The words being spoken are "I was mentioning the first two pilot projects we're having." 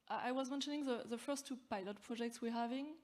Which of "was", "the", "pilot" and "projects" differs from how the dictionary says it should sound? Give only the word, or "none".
none